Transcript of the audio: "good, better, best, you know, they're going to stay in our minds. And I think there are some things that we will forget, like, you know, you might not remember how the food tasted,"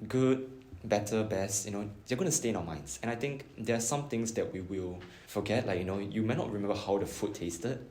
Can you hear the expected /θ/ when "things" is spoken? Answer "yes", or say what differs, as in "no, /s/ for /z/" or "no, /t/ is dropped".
no, /t/ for /θ/